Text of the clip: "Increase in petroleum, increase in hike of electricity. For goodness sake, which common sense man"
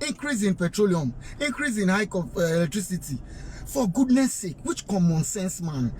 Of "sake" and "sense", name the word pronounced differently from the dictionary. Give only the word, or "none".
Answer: none